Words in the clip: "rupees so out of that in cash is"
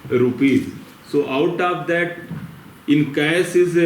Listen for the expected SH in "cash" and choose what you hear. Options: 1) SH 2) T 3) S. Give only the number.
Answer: 3